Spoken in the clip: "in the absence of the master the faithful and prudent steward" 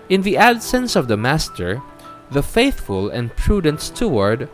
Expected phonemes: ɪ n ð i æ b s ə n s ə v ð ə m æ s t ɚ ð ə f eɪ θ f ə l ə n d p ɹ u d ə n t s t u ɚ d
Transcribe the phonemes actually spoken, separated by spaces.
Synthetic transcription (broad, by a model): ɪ n ð i æ b s ə n s ə v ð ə m æ s t ɚ ð ə f eɪ θ f ə l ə n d p ɹ u d ə n t s t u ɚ d